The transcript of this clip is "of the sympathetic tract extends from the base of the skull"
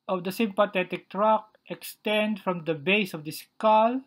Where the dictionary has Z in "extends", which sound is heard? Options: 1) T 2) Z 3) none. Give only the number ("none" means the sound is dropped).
3